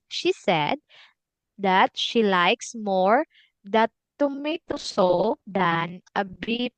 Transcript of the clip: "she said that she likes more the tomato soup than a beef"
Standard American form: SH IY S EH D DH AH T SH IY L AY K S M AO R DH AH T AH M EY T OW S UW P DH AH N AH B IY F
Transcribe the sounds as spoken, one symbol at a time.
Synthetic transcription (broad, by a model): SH IY S EH D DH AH T SH IY L AY K S M AO R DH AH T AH M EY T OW S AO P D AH N AH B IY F